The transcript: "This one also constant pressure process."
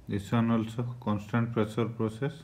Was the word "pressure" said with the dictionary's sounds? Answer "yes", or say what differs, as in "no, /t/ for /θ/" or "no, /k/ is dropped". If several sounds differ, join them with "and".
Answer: no, /s/ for /ʃ/